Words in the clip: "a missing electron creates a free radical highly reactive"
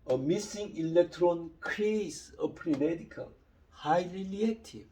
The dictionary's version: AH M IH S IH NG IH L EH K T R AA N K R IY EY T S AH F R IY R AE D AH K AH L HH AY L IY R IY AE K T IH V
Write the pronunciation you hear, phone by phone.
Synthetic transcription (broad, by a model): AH M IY S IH NG IH L EH K T R AA N K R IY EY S AH P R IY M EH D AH K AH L HH AY L IY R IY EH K T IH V